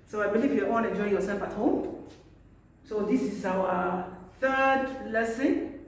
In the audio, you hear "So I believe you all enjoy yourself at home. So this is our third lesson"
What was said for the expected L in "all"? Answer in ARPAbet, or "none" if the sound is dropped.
N